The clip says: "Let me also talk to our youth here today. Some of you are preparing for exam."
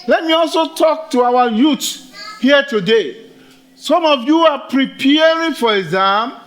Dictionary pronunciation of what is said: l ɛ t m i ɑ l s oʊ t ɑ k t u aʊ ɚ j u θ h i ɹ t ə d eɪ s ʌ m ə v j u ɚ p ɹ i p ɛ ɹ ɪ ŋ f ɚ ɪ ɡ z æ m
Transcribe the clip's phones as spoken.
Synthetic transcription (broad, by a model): l ɛ t m i ɑ l s oʊ t ɑ k t u aʊ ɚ j u t h i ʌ t ə d eɪ s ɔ m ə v j u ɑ p ɹ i p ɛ ɹ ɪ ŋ f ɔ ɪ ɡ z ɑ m